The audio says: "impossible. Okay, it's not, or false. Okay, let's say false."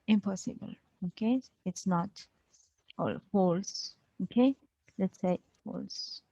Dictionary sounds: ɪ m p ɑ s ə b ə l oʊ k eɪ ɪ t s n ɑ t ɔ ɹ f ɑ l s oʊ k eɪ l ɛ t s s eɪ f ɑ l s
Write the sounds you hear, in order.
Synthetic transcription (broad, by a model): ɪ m p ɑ s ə b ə l oʊ k eɪ ɪ t s n ɑ t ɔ l f ɑ l s oʊ k eɪ l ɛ t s s eɪ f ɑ l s